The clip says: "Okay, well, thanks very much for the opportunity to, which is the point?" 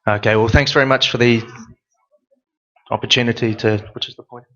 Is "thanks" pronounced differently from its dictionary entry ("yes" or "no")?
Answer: no